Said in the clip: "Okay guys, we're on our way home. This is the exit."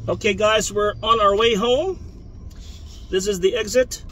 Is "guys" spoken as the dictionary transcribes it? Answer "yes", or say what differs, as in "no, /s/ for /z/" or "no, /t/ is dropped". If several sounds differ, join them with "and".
yes